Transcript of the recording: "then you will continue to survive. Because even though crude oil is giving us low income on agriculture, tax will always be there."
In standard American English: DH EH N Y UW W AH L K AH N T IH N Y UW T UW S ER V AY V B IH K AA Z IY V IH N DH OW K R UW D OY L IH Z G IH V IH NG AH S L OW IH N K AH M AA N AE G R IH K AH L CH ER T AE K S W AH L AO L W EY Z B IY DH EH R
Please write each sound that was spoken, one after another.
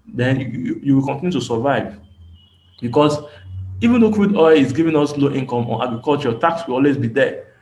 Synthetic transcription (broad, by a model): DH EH N Y UW W AH L K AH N T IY N Y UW T UW S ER V AY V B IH K AA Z IY V IH N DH OW K W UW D OY L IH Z G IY V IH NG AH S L OW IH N K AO M AA N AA G R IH K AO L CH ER T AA K S W AH L AO L W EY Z B IY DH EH